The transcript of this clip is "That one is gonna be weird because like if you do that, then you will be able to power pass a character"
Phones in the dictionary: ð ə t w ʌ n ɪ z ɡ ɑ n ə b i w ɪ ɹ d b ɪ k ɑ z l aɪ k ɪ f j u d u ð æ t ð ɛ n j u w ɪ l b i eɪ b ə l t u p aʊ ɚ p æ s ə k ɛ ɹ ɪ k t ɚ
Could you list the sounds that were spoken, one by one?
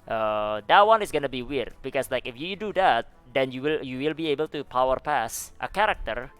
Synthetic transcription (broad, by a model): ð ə t w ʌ n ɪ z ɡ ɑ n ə b i w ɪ ɹ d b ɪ k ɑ s l aɪ k ɪ f j u d u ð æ t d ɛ n j u w ɪ l b i eɪ b ə l t u p aʊ ɚ p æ s ə k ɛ ɹ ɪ k t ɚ